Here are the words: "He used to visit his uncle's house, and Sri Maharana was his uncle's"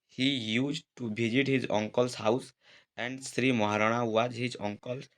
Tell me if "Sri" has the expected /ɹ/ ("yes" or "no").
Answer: yes